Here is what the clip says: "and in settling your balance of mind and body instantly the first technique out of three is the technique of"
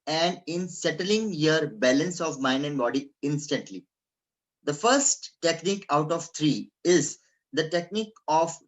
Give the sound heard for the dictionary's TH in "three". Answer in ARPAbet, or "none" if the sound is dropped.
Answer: T